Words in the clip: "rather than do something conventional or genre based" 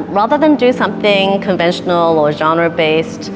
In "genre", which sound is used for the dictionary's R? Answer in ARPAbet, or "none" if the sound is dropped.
R